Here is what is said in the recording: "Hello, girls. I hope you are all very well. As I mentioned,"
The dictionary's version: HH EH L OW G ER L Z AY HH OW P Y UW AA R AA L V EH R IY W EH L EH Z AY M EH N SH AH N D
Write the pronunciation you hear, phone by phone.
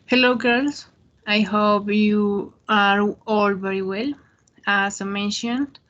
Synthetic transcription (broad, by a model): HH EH L OW G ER L S AY HH OW P Y UW AA R AA L V EH R IY W EH L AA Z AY M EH N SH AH N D